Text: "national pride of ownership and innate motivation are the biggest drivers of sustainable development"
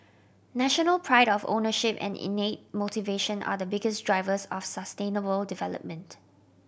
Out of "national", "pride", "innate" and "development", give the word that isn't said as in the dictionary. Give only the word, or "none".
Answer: none